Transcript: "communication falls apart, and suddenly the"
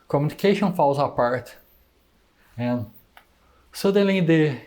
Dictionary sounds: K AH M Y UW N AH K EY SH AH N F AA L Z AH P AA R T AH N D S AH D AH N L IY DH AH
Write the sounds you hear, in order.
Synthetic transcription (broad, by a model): K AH M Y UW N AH K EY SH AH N F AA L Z AH P AA R T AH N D S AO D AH L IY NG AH